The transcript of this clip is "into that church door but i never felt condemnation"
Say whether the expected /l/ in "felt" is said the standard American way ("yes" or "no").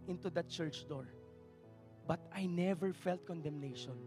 yes